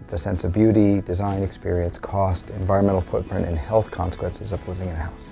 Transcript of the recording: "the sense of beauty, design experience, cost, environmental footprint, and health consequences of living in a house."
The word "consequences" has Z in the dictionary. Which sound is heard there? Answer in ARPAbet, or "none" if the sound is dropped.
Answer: Z